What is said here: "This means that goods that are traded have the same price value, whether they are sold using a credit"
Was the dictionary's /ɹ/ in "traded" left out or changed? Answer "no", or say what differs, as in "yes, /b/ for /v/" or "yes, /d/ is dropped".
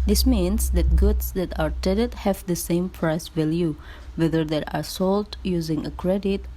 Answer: yes, /ɹ/ is dropped